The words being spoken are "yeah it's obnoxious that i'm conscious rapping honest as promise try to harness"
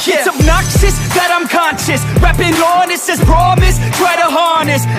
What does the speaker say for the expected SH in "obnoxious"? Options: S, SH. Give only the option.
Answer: S